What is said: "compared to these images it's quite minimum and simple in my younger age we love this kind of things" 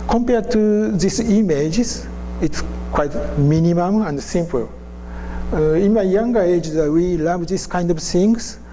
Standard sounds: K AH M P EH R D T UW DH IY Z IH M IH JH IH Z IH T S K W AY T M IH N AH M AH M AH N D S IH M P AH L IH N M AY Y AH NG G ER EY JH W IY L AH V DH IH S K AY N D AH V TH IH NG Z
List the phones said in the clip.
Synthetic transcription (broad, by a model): K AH M P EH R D T UW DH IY S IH M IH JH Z IH T S K W AY T M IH N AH M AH M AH N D S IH M P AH L IH N M AY Y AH NG G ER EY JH W IY L AH V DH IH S K AY N D AH V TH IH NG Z